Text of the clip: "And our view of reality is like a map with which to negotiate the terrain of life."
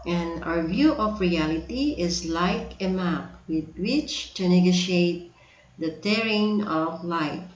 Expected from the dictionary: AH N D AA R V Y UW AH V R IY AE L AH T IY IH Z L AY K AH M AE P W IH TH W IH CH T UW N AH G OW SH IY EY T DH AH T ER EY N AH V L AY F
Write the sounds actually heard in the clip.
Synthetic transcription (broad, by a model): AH N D AA R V Y UW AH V R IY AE L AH T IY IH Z L AY K AH M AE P W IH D W IH CH T UW N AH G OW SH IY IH T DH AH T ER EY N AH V L AY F